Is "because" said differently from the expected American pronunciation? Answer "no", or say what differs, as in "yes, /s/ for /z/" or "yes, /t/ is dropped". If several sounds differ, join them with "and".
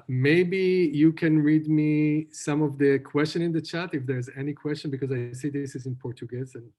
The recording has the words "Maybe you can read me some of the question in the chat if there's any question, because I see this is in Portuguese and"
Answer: no